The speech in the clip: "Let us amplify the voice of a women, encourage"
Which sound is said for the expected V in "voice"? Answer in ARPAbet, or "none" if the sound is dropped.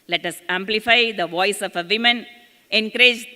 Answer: V